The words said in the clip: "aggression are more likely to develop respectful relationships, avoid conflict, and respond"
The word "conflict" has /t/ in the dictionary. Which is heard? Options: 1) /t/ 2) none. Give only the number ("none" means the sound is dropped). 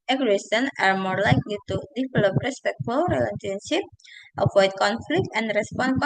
1